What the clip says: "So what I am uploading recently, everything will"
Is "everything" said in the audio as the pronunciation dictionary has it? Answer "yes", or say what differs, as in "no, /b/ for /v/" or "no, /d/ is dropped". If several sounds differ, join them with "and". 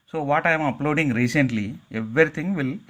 no, /t/ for /θ/